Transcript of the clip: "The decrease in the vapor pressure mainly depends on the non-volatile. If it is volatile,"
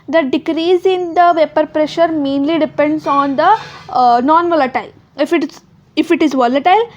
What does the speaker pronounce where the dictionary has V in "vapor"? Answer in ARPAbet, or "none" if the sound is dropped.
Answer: V